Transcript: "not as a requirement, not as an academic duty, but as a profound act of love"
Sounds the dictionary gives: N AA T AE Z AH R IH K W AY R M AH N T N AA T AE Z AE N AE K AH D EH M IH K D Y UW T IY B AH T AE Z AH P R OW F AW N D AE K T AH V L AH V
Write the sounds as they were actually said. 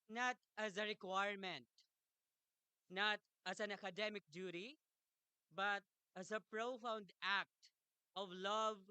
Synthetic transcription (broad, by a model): N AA T AE Z AH R IH K W AY R M AH N T N AA T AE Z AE N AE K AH D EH M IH K D Y UW T IY B AH T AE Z AH P R OW F AW N D AE K T AH V L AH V